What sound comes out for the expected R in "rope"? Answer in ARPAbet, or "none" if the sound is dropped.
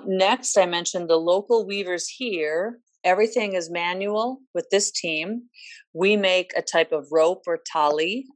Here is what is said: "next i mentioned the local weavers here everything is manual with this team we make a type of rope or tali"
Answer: R